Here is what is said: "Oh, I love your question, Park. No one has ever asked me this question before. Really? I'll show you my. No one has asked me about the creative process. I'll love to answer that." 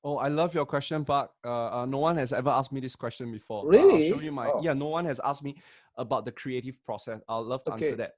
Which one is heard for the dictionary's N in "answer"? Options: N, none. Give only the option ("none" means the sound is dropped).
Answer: none